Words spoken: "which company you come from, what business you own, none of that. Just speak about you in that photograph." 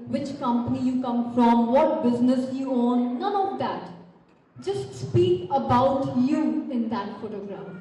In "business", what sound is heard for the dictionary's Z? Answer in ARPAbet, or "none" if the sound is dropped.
Z